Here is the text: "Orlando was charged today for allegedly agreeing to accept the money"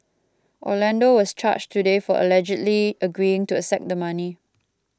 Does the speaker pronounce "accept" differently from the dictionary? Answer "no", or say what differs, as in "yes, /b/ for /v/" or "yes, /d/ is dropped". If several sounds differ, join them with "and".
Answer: yes, /k/ is dropped